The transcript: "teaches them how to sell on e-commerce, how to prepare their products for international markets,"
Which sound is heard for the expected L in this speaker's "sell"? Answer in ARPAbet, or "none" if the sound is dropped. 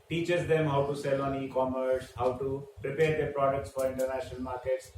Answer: L